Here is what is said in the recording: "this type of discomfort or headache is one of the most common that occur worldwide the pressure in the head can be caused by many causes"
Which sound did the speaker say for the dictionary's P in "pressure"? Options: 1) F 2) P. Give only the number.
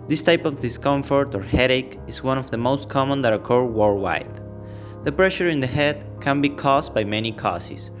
2